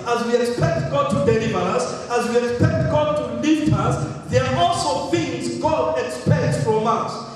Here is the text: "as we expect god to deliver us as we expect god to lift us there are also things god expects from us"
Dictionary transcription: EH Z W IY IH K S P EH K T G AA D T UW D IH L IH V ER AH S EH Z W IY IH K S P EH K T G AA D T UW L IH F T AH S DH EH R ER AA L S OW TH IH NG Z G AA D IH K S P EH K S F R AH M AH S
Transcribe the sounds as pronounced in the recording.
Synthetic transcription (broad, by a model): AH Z W IY IH K S P EH K T G AA D T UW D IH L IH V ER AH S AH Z W IY IH K S P EH K T G AA D T UW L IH T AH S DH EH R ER AA L S OW TH IH NG Z G AA D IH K S P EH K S F R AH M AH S